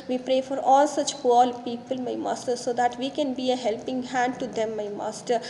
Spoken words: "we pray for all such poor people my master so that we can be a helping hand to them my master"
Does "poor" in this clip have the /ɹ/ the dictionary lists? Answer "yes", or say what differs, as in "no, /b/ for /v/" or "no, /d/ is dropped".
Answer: no, /l/ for /ɹ/